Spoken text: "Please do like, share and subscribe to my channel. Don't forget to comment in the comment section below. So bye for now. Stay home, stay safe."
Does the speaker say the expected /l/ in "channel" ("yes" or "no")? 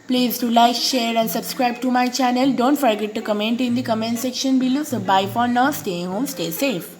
yes